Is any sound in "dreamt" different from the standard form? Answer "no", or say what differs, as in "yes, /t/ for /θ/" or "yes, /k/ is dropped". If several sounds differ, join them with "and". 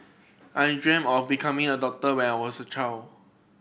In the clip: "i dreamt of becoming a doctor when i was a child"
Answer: yes, /t/ is dropped